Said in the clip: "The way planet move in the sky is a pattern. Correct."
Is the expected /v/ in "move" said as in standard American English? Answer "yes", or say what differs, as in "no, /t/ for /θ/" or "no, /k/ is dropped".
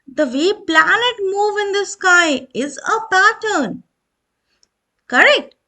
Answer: yes